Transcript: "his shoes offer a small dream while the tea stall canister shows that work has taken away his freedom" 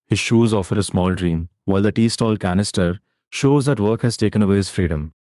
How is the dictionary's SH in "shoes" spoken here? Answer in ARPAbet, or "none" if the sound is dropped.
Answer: SH